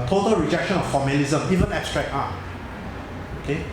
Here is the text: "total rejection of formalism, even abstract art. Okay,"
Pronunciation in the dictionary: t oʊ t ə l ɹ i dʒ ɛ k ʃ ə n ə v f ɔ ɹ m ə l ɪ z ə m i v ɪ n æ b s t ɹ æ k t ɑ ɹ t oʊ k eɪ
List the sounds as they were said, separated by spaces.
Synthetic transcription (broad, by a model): t oʊ t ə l ɹ i dʒ ɛ k ʃ ə n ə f ɔ m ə l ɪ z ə m i v ɪ n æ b s t ɹ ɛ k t ɑ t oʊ k eɪ